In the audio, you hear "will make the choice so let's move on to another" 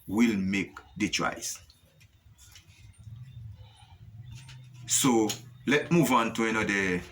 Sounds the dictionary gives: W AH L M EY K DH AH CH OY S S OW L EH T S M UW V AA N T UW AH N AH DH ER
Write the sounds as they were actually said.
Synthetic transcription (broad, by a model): W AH L M EY K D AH CH OY S S OW L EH T M UW V AA N T UW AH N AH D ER